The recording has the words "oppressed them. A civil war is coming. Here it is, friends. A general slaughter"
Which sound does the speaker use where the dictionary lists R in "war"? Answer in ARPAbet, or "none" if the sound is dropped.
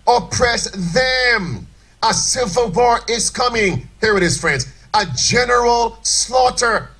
R